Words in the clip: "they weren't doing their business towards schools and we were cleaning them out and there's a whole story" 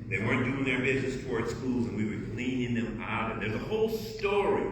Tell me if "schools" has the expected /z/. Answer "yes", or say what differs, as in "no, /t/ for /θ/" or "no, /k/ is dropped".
yes